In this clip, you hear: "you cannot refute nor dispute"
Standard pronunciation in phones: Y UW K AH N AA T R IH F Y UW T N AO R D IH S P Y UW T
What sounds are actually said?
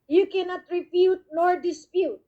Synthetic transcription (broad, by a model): Y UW K AH N AA T R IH P Y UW T N AO R D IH S P Y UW T